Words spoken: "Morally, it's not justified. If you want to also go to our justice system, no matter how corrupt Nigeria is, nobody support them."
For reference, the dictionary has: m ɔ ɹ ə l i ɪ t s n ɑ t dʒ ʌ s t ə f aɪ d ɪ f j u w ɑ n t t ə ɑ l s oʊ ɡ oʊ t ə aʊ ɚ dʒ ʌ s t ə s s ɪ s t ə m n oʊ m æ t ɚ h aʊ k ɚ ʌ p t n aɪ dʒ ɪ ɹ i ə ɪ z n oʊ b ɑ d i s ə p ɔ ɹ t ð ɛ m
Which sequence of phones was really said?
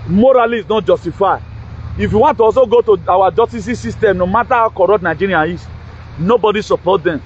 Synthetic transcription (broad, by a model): m ɔ ɹ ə l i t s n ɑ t dʒ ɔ s t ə f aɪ ɪ f j u w ɑ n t t ə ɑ s oʊ ɡ oʊ t ə aʊ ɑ dʒ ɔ s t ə s s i s t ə m n oʊ m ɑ t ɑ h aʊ k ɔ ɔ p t n aɪ dʒ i ɹ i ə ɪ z n oʊ b ɑ d i s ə p ɔ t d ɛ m